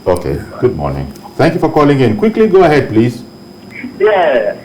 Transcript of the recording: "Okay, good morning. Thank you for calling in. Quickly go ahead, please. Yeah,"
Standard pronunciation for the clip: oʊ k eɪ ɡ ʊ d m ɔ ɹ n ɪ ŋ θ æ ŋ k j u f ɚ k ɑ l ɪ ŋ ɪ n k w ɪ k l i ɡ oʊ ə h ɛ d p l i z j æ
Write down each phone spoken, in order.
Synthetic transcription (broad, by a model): oʊ k eɪ ɡ ʊ d m ɔ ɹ n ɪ ŋ t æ ŋ k j u f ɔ k ɑ l ɪ ŋ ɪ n k w ɪ k l i ɡ oʊ ə h ɛ d p l i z j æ